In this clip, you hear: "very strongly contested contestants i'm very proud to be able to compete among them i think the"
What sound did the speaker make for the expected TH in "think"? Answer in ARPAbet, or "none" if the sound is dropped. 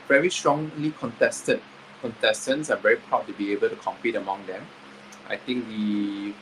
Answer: T